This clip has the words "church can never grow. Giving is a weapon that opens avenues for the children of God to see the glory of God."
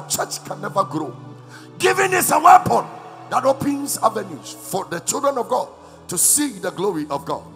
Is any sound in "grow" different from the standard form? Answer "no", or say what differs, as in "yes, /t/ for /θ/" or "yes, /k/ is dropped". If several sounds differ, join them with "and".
no